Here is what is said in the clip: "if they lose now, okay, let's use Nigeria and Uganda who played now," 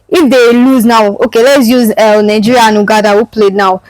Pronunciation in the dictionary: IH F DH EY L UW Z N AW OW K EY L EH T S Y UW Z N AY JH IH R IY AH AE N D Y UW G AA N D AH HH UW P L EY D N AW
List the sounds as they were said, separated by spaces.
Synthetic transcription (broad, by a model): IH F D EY L UW Z N AW OW K EY L EH T S Y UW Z N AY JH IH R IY N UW G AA D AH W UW P L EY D N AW